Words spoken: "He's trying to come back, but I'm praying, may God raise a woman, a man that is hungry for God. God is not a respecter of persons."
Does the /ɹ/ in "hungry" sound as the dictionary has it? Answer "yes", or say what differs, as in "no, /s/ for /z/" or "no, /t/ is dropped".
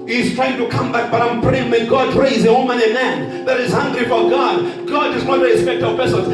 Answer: yes